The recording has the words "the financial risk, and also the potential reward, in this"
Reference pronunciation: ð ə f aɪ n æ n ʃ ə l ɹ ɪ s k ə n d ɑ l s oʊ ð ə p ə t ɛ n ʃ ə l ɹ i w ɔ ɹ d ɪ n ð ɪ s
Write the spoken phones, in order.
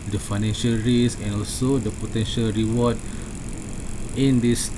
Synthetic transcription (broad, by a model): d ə f aɪ n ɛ n ʃ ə l ɹ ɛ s ə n ɑ l s oʊ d ə p ə t ɛ n ʃ ə l ɹ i w ɔ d ɪ n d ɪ s